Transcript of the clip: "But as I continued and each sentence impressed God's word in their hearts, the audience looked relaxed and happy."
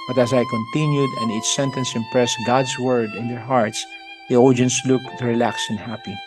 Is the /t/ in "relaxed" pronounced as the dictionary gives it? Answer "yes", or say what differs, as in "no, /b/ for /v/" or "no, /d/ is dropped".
no, /t/ is dropped